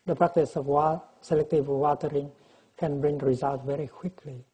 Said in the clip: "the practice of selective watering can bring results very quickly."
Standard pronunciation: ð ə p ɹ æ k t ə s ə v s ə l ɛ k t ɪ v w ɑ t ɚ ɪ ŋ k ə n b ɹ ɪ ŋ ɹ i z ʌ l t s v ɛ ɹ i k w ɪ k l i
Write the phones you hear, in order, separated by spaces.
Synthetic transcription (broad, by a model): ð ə p ɹ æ k t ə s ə w s ə l ɛ k t ɪ v w ɑ t ɚ ɪ ŋ k ə n b ɹ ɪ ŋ ɹ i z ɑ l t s v ɛ ɹ i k w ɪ k l i